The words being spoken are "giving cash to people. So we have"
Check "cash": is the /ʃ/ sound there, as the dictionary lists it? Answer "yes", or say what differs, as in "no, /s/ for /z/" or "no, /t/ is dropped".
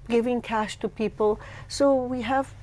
yes